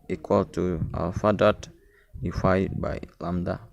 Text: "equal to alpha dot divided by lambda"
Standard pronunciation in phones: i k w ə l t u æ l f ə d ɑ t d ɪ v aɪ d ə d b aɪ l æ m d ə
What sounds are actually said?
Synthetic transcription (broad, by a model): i k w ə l t u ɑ l f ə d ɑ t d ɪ f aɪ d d b aɪ l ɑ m d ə